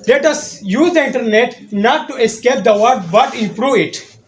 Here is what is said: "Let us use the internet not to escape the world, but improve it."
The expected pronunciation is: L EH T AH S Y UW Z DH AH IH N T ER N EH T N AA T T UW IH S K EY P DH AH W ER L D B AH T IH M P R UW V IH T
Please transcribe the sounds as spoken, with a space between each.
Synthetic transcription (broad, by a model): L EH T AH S Y UW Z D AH IH N T ER N EH T N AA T T UW IH S K EY P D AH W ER D B AH T IH M P R UW V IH T